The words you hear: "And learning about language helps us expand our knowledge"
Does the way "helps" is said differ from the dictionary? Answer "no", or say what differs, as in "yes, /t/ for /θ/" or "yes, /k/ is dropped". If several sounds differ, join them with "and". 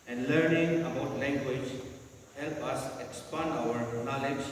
yes, /s/ is dropped